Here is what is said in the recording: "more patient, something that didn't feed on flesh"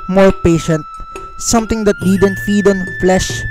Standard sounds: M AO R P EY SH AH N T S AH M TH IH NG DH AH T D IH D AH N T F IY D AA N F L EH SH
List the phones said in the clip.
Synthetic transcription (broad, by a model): M AO R P EY SH AH N T S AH M T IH NG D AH T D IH D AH N T F IY D AA N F L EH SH